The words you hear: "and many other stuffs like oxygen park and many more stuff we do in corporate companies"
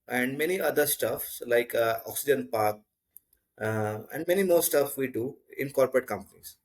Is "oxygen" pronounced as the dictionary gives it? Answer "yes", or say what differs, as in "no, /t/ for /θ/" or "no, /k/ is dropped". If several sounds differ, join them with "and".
yes